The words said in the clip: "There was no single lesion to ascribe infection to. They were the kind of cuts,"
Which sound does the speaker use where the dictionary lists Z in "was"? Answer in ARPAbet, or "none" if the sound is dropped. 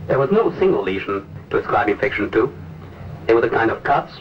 Z